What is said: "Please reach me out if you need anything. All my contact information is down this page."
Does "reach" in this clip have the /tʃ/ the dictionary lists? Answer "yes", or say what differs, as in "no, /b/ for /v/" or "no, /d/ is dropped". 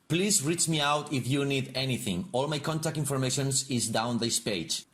yes